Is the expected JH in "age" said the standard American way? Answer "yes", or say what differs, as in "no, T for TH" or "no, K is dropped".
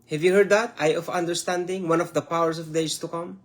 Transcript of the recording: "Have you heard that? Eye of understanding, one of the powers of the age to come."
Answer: no, Z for JH